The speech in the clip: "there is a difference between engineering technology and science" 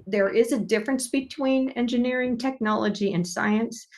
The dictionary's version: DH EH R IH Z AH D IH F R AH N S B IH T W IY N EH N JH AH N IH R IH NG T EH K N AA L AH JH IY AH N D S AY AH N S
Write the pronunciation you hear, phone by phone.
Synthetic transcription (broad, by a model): DH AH R IH Z AH D IH F R AH N S B IH T W IY N EH N JH AH N IH R IH NG T EH K N AA L AH JH IY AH N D S AY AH N S